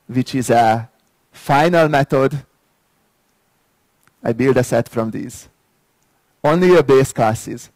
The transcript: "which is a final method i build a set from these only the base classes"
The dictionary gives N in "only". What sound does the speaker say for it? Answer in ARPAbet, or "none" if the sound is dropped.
N